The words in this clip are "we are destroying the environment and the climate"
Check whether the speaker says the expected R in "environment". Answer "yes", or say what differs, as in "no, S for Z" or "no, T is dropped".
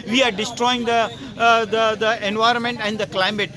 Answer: yes